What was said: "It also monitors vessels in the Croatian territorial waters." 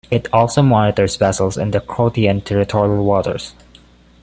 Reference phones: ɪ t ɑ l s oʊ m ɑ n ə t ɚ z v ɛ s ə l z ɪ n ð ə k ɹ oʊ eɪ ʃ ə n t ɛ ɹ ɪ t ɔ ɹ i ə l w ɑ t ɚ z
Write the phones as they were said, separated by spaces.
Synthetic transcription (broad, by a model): ɪ t ɑ l s oʊ m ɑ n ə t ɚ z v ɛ s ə l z ɪ n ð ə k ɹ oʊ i ə n t ɛ ɹ ɪ t ɔ ɹ i ə l w ɑ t ɚ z